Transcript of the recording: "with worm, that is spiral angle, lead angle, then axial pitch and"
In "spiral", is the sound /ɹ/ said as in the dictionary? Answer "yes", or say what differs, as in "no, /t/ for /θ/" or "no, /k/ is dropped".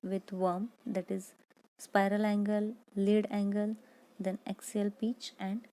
yes